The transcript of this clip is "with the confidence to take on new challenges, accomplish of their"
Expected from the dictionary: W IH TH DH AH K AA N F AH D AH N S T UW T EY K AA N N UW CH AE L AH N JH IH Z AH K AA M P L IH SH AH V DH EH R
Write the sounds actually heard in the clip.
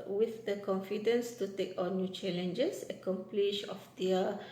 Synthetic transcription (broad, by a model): W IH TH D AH K AA N F AH D AH N S T UW T EY K AA N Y UW CH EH L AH N JH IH S AH K AA M P L IH SH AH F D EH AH